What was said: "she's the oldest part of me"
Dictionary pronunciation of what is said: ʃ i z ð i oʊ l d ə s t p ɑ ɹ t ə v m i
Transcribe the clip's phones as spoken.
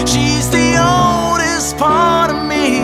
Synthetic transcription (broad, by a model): ʃ i z ð i oʊ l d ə s t f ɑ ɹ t m i